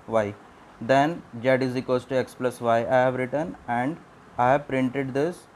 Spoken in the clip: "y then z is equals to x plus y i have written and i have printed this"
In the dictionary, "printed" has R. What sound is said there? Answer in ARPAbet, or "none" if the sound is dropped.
R